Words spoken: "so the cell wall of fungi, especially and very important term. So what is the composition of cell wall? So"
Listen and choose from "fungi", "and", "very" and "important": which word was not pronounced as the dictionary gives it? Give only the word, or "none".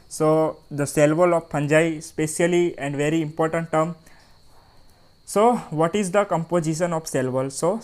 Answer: fungi